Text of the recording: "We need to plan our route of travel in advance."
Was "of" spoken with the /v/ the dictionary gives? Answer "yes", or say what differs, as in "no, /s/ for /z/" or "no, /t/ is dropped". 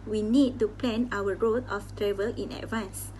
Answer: no, /f/ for /v/